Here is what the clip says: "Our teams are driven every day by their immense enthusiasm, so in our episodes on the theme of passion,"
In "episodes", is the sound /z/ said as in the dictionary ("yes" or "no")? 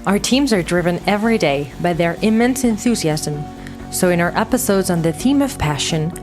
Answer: yes